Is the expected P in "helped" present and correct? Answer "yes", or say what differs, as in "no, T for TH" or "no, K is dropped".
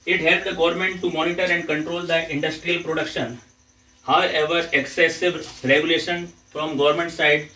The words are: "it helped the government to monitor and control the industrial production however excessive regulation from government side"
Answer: no, P is dropped